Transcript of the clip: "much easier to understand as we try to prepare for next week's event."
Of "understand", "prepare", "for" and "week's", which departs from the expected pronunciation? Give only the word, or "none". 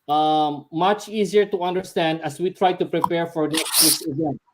week's